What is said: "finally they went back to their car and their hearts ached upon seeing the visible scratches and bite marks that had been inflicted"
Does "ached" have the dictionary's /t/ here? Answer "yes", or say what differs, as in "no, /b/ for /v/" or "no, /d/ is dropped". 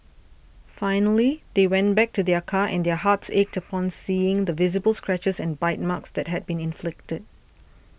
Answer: yes